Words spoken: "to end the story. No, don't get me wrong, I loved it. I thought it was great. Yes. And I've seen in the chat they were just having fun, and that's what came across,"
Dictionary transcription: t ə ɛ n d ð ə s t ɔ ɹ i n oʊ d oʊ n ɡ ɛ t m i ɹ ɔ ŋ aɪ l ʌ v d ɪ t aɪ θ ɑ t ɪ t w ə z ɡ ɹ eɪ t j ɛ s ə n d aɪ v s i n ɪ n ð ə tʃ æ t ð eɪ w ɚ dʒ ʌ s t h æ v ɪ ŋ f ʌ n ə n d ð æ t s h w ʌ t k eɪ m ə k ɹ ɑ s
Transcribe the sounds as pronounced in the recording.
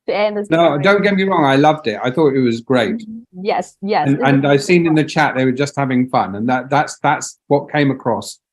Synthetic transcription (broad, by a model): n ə n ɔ i d oʊ n ɡ ɛ t m i ɹ ɔ ŋ aɪ l ʌ v d ɪ t aɪ θ ɑ t ɪ t w ə z ɡ ɹ eɪ t j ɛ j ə n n aɪ v s i n ɪ n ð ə tʃ æ t ð eɪ w ɚ dʒ ʌ s t h æ v ɪ ŋ f ʌ n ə n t ð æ t s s w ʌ t k eɪ m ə k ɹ ɑ s